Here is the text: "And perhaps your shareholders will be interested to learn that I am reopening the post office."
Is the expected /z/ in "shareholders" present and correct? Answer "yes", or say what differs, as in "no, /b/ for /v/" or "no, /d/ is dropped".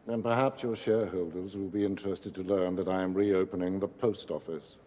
yes